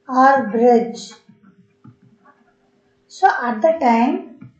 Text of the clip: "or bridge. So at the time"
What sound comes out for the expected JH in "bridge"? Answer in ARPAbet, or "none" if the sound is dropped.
JH